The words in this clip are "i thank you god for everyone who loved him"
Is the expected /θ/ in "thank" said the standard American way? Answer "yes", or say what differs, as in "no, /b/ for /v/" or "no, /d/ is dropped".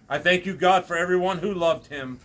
yes